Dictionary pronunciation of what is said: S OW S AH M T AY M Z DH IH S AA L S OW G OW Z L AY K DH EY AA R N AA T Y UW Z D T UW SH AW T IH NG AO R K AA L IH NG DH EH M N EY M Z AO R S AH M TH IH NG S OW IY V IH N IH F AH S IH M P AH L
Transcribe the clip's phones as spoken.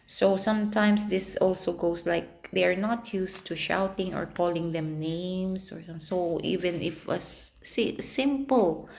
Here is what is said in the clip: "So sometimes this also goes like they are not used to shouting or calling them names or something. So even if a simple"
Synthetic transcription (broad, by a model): S OW S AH M T AY M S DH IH S AA L S OW G OW S L AY K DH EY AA R N AA T Y UW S T UW SH AW T IH NG AO R K AA L IH NG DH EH M N EY M S AO R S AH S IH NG IY V IH N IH F AH S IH M P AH L